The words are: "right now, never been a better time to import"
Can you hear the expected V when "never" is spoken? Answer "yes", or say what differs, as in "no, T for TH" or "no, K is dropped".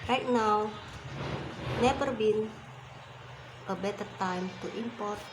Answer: no, P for V